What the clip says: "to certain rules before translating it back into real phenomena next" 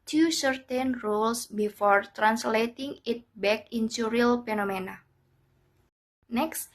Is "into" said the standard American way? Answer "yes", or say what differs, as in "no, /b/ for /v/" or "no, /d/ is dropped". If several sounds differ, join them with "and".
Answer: no, /s/ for /t/